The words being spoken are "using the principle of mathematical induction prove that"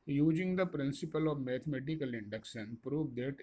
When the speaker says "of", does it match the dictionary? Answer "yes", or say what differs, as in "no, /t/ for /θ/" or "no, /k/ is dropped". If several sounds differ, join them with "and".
yes